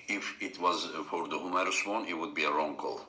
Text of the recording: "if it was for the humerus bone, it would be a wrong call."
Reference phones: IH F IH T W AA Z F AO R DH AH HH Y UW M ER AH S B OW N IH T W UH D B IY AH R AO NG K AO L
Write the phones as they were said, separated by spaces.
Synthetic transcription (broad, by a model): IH F IH T W AA Z F AO R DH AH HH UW M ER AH S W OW N IH T W UH D B IY AH R AO NG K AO L